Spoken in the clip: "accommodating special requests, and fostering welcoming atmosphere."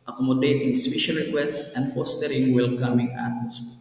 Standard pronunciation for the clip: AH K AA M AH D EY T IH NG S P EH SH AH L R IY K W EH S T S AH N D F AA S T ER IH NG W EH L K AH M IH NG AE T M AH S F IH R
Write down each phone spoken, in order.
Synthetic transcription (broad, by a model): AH K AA M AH D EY T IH NG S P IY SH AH N R IY K W EH S T S AH N D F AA S T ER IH NG W EH L K AH M IH NG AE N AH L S